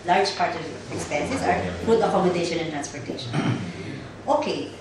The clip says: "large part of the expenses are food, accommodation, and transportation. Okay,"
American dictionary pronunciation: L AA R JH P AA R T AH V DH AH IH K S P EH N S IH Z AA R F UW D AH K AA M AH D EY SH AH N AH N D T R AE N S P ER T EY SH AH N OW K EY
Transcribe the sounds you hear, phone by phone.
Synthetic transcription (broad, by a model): L AA R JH P AA R T AH V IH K S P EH N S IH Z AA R P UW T AH K AA M AH D EY SH AH N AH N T R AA N S P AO T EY SH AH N OW K EY